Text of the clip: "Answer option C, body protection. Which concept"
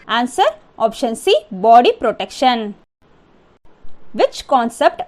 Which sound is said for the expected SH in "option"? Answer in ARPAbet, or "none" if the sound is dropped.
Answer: SH